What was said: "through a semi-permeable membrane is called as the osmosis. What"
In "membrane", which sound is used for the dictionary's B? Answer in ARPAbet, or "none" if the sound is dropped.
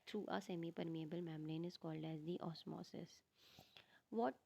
none